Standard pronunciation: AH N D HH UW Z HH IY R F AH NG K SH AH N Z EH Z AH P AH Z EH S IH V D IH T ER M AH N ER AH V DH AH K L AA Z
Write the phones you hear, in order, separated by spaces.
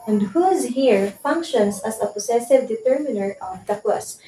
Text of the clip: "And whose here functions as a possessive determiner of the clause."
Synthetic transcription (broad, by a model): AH N D HH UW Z HH IY R F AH NG K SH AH N S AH S AH P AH S EH S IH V D IH T ER M AH N ER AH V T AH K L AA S